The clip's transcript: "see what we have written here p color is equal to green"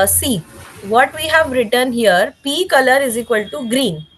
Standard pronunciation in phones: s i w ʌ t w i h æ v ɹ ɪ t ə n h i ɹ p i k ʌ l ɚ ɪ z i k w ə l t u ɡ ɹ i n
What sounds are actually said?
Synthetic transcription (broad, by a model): s i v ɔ t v i h æ v ɹ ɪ t ə n h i ɹ p i k ʌ l ɚ ɪ z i k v ə l t u ɡ ɹ i n